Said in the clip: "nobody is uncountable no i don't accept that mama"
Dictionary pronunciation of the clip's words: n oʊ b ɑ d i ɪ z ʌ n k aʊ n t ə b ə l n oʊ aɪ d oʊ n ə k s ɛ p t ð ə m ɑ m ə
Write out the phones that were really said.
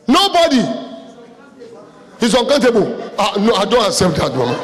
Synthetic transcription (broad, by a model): n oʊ b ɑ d i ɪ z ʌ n k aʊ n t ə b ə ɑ n oʊ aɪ d oʊ n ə s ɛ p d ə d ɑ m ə